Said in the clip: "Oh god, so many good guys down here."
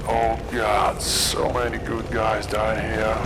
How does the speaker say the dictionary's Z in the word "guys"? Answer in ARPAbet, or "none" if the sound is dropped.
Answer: Z